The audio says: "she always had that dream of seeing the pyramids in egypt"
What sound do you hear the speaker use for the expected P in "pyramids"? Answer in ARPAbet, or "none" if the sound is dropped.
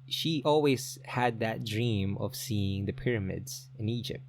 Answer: P